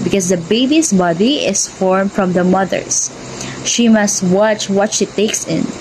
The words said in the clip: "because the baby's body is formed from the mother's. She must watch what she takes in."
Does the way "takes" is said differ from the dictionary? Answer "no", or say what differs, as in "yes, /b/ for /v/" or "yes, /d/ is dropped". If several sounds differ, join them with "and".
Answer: no